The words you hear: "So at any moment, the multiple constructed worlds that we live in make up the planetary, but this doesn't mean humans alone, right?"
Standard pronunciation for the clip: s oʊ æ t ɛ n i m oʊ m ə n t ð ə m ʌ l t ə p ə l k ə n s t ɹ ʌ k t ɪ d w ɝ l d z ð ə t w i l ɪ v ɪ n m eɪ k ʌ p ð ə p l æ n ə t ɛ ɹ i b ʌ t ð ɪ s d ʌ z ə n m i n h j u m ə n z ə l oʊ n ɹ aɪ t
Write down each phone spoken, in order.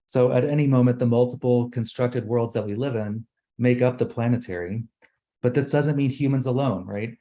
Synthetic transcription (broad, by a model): s oʊ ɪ t ɛ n i m oʊ m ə n ð ə m ʌ l t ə p l k n s t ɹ ʌ k t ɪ d w ɝ l d z ð ə t w i l ɪ v ɪ n m eɪ k ʌ p ð ə p l æ n ə t ɛ ɹ i b ʌ t ð ɪ s d ʌ z ə n m i n h j u m ə n z ə l oʊ n ɹ aɪ t